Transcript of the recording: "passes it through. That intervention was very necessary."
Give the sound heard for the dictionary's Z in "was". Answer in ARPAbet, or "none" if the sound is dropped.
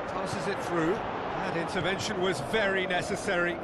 Z